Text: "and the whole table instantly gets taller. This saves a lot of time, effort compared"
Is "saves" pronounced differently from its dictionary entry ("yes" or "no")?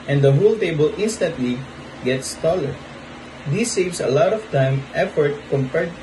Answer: yes